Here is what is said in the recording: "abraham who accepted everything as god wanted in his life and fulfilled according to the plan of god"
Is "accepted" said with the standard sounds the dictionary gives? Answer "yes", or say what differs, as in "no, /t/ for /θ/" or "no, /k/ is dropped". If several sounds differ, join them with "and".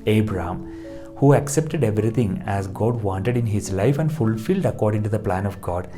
yes